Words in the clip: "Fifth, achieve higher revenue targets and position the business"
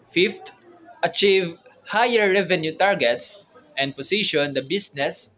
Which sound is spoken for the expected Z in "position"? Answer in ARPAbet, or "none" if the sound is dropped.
S